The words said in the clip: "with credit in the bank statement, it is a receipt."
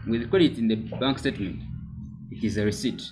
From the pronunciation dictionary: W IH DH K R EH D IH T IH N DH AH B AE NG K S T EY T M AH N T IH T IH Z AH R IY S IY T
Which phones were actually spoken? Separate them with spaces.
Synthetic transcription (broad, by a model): W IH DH K W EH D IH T IH N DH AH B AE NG K S T EY T M AH N T IH T IH Z AH R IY S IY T